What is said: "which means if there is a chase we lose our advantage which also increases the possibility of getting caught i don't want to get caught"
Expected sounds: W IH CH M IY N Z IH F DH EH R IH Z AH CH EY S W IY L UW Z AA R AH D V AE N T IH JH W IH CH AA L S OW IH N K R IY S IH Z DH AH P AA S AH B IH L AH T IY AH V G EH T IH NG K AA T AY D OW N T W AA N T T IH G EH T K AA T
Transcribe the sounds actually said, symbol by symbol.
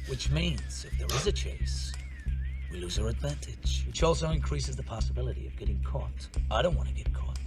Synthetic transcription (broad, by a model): W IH CH M IY N Z IH F DH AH R IH Z AH CH EY S W IY L UW Z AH R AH D V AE N T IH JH W IH CH AA L S OW IH N K R IY S IH Z DH AH P AA S AH B IH L AH T IY AH V G EH T IH NG K AA T AY D OW N T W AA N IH G EH T K AA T